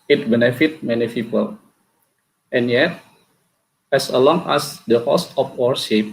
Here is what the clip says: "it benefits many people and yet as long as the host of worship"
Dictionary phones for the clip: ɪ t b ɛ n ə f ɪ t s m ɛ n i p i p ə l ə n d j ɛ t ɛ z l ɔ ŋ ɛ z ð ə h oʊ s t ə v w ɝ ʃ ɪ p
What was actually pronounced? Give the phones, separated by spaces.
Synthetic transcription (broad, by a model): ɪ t b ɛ n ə f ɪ t m ɛ n i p i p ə l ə n j ɛ t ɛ s l ɔ ŋ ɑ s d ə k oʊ s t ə f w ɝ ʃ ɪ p